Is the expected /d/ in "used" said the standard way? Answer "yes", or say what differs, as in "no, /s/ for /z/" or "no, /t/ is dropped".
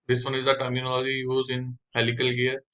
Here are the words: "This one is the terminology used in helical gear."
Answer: no, /d/ is dropped